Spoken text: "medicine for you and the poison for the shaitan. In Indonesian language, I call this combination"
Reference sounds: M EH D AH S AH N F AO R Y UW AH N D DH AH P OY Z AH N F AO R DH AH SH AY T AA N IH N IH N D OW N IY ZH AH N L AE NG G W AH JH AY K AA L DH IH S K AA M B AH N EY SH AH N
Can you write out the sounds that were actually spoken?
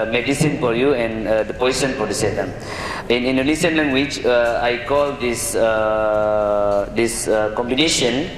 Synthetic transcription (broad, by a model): M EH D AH S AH N F AO R Y UW AH N D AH P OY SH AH N F AO R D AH S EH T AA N IH N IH N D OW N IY SH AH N L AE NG G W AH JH AY K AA L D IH S K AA M B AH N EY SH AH N